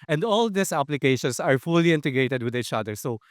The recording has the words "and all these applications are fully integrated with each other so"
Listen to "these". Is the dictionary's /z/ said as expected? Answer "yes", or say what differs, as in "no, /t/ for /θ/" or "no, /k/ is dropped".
no, /s/ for /z/